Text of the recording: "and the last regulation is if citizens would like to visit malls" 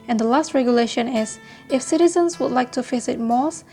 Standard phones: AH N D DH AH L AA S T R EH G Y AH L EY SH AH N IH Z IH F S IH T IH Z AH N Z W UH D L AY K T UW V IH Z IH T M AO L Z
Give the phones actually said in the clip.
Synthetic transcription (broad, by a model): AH N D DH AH L AA S T R EH G Y AH L EY SH AH N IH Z IH F S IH T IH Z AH N S W UH D L AY K T UW F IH S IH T M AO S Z